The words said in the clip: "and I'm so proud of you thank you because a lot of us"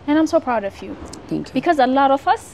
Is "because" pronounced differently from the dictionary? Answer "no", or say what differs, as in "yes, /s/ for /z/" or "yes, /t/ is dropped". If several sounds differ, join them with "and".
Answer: no